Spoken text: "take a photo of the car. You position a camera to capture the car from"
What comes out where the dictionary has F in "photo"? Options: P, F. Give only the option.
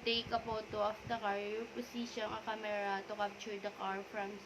P